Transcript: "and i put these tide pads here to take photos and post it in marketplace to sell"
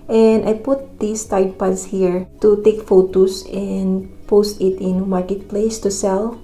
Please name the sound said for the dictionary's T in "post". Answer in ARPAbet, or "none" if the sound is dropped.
T